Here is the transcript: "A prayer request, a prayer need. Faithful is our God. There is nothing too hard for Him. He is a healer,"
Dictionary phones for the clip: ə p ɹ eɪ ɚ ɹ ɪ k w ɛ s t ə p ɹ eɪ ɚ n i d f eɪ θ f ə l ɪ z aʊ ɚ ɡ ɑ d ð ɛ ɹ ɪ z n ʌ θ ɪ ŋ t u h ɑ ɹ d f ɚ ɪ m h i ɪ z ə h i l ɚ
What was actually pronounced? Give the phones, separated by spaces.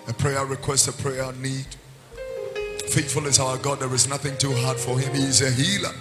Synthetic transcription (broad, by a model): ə p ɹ eɪ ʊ ɹ ɪ k w ɛ s t ə p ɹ eɪ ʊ n i d f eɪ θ f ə l ɪ z aʊ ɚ ɡ ɑ d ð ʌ ɹ ɪ z n ʌ θ ɪ ŋ t u h ɑ ɹ d f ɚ ɪ m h i ɪ z ə h i l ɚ